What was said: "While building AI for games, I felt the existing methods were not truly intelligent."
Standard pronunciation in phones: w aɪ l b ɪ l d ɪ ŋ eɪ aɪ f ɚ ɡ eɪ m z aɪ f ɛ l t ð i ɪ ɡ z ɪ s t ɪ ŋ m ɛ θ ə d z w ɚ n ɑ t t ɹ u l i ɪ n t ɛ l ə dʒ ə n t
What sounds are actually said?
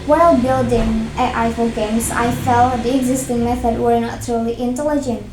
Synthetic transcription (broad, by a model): w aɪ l b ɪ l d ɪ ŋ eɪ aɪ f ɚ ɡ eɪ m s aɪ f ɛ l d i ɪ ɡ z ɪ s t ɪ ŋ m ɛ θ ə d w ɚ n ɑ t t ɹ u l i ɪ n t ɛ l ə dʒ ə n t